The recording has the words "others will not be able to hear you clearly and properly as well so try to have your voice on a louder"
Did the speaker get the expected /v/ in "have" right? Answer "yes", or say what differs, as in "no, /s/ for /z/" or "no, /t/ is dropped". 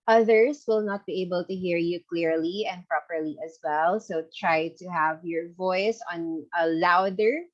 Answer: yes